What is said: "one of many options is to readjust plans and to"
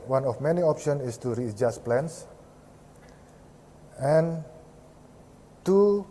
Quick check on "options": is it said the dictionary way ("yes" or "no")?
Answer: no